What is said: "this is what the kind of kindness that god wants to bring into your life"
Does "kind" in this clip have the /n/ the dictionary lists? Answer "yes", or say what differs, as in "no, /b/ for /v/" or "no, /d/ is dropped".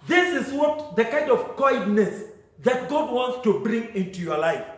yes